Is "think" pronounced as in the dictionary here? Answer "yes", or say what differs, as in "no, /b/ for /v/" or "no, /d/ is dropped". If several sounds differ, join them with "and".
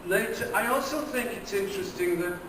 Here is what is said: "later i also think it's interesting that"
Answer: yes